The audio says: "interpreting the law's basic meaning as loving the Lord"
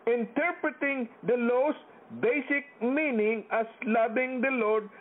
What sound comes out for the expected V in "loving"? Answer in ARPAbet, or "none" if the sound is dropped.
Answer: B